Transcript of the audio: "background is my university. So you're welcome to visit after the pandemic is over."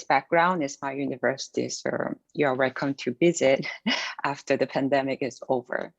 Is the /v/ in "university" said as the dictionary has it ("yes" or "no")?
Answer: yes